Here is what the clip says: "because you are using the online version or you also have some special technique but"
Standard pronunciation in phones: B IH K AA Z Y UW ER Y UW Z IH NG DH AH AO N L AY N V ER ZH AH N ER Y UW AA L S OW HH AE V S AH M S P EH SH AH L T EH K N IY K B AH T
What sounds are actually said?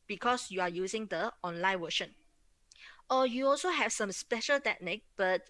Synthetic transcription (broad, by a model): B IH K AA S Y UW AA Y UW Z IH NG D AH AO N L AY N W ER SH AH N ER Y UW AA L S OW HH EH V S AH M S P EH SH AH L T EH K N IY K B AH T